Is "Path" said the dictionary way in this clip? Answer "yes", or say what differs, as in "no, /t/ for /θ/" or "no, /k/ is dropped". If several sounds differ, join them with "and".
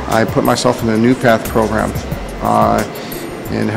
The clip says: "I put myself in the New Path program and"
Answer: yes